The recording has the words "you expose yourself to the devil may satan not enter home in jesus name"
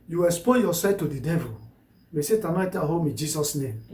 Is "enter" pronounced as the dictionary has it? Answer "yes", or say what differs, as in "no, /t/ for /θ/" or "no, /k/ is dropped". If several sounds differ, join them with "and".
no, /n/ is dropped